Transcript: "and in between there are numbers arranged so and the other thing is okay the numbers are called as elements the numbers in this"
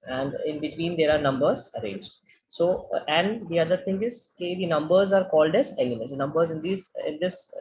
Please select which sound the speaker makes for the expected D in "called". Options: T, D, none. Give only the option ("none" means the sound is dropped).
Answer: D